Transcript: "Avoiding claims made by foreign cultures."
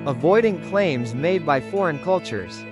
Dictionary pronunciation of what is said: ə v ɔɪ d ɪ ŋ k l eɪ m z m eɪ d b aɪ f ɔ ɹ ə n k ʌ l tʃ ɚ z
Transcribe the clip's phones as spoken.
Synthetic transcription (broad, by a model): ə v ɔɪ d ɪ ŋ k l eɪ m z m eɪ d b aɪ f ɔ ɹ ə n k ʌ l tʃ ɚ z